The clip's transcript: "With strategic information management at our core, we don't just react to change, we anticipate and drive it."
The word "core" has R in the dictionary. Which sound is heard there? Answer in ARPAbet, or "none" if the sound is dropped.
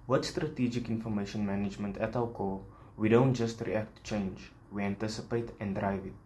L